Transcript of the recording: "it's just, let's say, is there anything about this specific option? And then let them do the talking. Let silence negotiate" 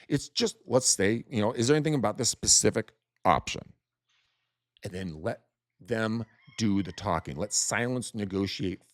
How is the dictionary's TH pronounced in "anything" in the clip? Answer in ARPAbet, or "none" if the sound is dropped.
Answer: TH